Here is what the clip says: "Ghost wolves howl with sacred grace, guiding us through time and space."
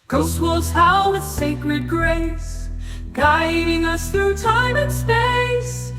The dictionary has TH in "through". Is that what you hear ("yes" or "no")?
yes